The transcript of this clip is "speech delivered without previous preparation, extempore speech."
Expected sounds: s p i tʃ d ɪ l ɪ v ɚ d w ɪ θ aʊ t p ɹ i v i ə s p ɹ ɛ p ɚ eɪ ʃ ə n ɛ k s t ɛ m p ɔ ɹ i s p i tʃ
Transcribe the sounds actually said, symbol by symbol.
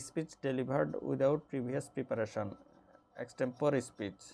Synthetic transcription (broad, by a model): s p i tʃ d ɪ l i b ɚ d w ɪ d aʊ t p ɹ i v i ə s p ɹ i p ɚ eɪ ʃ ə n ɛ k s t ɛ m p ɔ ɹ i s p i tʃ